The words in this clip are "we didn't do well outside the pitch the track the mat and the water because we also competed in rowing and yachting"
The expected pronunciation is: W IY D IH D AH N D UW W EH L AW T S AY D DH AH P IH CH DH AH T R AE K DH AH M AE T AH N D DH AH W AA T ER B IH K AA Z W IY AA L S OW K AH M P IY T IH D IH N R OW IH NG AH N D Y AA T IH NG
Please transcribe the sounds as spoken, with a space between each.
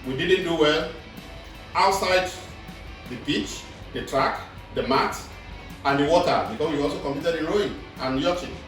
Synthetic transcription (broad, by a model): W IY D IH D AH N D UW W EH L AW T S AY D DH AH B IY CH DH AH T R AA K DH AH M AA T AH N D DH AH W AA T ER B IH K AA S W IY AA L S OW K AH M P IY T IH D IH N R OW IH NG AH N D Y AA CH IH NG